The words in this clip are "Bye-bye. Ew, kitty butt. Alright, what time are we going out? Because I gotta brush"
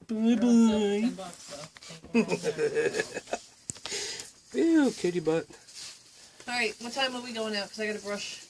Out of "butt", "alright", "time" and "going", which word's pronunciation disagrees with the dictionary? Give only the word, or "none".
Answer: alright